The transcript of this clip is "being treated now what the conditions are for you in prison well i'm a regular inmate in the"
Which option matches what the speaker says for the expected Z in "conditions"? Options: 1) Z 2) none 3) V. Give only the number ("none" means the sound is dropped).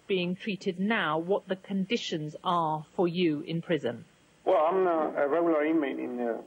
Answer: 1